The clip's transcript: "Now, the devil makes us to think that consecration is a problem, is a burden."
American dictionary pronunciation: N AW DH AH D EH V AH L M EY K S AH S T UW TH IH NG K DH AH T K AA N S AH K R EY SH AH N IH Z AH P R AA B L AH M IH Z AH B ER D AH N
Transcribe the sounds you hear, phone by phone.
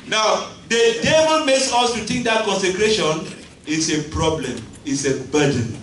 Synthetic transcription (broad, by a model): N AW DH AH D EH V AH N M EY K S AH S T UW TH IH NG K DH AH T K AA N S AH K R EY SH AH N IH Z AH P R AA B L AH M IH S AH B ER D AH N